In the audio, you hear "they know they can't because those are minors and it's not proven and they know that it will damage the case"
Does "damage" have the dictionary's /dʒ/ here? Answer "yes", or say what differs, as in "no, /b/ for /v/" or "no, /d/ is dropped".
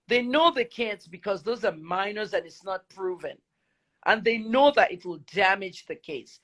yes